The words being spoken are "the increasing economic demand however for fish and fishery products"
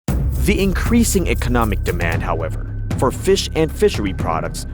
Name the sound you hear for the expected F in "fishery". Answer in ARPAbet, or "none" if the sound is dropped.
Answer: F